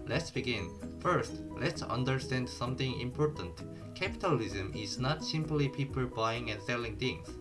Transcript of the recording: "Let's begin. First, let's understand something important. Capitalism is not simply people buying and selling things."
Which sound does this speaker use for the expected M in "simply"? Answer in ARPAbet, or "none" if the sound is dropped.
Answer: M